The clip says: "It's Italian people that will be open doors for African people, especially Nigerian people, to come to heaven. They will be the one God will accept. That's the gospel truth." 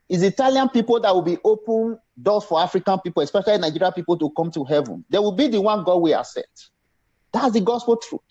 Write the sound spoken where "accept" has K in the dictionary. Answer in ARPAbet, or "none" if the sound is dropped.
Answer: none